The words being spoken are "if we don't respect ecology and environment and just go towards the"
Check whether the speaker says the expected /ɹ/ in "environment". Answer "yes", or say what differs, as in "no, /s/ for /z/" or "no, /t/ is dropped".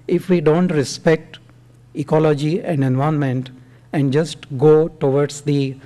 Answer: no, /ɹ/ is dropped